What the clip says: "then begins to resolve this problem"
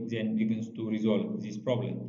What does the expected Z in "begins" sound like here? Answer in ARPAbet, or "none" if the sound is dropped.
S